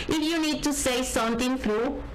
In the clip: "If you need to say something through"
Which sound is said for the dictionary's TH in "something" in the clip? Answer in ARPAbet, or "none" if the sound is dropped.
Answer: T